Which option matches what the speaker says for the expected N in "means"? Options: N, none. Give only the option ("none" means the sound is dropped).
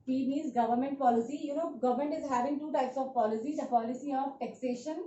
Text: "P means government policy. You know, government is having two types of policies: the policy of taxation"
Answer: none